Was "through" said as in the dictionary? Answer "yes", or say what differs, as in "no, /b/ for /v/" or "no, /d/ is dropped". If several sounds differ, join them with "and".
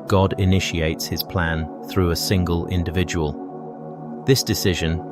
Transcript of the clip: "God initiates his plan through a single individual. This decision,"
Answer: yes